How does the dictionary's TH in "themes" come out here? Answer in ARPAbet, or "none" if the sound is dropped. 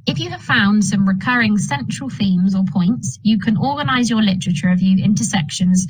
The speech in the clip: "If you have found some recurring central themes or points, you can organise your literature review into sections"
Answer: TH